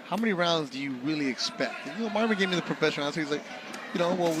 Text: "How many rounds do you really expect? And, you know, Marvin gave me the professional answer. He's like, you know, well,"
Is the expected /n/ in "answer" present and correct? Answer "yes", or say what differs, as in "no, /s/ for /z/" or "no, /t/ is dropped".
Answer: no, /n/ is dropped